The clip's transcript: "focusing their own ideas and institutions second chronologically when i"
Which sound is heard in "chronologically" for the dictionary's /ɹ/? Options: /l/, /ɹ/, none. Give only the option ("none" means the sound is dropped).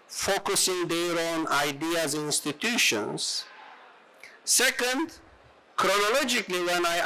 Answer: /ɹ/